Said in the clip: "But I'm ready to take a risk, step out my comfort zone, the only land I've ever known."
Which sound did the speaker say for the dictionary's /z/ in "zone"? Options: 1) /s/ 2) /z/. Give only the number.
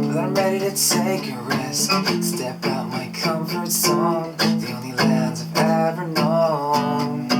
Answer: 1